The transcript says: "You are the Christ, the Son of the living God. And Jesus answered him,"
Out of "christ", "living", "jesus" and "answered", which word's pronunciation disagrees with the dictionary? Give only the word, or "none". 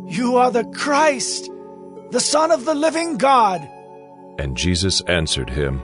none